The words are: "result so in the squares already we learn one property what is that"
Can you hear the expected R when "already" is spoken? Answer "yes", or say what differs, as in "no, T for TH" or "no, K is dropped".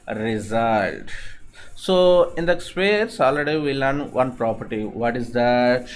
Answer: no, R is dropped